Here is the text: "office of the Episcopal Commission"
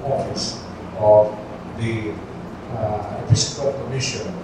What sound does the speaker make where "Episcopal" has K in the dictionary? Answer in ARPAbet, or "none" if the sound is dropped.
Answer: none